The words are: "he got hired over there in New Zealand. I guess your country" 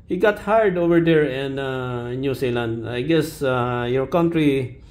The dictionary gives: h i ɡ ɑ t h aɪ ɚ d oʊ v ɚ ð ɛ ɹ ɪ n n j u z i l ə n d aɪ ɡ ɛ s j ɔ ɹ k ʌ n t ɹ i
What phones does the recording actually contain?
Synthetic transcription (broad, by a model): h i ɡ ɑ t h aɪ d oʊ v ɚ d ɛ ɹ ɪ n n j u s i l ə n d aɪ ɡ ɛ s j ɔ ɹ k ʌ n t ɹ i